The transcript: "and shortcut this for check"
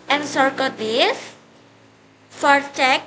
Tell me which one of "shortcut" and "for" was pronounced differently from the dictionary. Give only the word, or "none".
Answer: shortcut